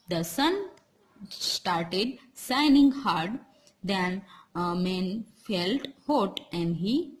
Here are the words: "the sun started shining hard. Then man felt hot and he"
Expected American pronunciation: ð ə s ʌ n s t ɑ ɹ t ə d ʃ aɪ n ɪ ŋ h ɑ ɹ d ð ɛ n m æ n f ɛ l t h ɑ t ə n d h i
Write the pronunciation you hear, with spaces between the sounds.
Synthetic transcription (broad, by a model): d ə s ʌ n s t ɑ ɹ t ə d s aɪ n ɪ ŋ h ɑ ɹ d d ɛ n m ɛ n f ɛ l t h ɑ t ə n d h i